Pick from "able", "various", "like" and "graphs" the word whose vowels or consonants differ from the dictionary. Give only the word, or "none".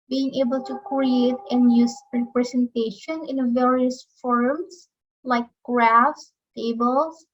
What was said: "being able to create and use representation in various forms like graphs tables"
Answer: none